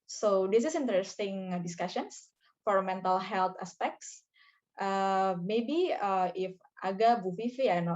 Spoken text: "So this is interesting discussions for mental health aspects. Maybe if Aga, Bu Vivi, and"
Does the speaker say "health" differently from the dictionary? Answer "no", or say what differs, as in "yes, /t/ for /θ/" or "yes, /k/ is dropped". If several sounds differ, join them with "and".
yes, /t/ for /θ/